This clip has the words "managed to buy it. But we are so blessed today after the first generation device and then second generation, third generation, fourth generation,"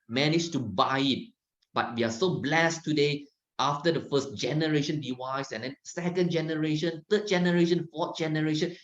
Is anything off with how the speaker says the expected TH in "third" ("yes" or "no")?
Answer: yes